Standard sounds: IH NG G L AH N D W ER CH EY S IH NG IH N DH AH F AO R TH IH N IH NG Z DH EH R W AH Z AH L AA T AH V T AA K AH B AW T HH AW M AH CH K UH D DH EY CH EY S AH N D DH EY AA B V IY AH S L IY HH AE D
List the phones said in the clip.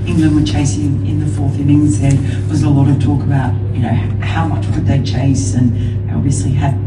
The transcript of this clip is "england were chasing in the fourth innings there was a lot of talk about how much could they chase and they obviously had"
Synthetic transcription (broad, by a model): IH NG G L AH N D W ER CH EY S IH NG IH N DH AH F AO R TH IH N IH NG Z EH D W AH Z AH L AA T AH V T AA K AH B AW T HH AW M AH CH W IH D DH EY CH EY S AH N AA B V IY AH S L IY HH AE